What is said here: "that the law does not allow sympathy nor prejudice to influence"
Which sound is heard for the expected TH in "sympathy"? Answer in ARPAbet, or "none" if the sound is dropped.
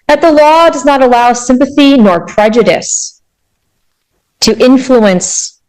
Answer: TH